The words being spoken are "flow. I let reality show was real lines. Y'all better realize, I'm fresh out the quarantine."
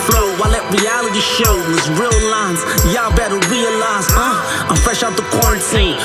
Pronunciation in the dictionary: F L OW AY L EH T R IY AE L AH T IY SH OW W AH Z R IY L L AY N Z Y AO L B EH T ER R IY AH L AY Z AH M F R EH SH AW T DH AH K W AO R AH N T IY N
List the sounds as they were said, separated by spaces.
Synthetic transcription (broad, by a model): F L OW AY L EH T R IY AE L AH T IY SH OW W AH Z R IY L L AY N Z Y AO B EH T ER R IY AH L AY Z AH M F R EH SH AW T DH AH K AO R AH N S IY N